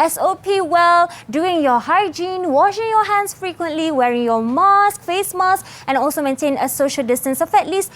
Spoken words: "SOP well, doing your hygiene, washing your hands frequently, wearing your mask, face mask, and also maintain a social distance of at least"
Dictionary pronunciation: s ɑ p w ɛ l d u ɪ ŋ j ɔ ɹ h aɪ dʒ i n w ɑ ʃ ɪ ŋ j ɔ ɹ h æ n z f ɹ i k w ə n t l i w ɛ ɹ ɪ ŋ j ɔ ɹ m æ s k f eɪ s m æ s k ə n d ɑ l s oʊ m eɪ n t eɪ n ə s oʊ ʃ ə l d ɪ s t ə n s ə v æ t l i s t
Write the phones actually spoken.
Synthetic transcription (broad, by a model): s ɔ p w ɛ l d u ɪ ŋ j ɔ h aɪ dʒ i n w ɑ ʃ ɪ ŋ j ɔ h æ n s f ɹ i k w ə n t l i w ɛ ɹ ɪ ŋ j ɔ m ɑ s k f eɪ s m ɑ s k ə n ɑ l s oʊ m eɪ n t eɪ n ə s oʊ ʃ ə l d ɪ s t ə n s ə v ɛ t l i s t